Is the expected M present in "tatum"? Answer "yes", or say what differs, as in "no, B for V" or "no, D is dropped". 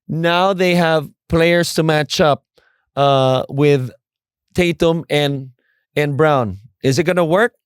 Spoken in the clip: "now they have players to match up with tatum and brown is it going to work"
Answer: yes